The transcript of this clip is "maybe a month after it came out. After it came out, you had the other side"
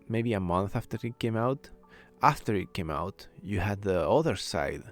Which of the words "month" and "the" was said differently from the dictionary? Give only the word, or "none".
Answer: none